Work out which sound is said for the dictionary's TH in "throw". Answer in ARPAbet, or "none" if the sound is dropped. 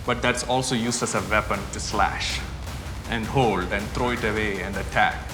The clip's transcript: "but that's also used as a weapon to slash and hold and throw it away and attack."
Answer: T